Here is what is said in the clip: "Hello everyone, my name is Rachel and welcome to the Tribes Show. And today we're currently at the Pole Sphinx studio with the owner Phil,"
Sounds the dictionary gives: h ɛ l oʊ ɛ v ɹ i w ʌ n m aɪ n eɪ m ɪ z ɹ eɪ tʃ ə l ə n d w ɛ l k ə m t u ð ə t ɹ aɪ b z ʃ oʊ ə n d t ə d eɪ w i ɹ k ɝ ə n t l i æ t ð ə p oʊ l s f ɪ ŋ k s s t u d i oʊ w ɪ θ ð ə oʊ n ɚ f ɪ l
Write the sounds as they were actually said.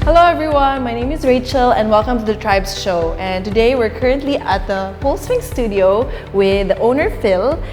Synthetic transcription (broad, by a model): h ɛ l oʊ ɛ v ɹ i w ʌ n m aɪ n eɪ m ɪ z ɹ eɪ tʃ ə l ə n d w ɛ l k ə m t u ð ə t ɹ aɪ b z ʃ oʊ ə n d t ə d eɪ w i ɹ k ɝ ə n t l i æ t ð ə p oʊ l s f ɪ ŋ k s s t u d i oʊ w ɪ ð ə oʊ n ɚ f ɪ l